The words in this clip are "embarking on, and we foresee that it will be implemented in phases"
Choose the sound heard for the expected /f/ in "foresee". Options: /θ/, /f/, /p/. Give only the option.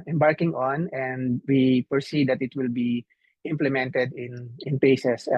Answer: /p/